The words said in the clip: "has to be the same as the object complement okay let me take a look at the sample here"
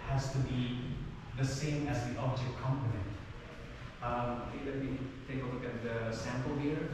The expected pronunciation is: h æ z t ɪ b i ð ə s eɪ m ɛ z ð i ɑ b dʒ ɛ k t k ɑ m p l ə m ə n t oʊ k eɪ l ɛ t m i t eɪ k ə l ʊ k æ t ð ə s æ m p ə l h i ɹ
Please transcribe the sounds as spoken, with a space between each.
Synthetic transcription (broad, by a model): h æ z t ɪ b i ð ə s eɪ m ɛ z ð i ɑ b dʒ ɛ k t k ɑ m p ə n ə n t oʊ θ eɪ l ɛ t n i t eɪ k ə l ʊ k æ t ð ə s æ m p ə l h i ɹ